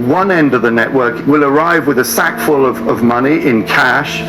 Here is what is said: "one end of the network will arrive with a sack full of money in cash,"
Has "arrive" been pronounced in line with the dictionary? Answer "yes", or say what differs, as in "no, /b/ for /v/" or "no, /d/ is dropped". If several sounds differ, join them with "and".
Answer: yes